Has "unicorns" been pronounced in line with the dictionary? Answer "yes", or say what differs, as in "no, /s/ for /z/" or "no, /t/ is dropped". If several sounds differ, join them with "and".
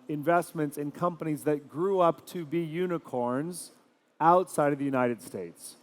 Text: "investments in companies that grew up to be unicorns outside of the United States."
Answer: yes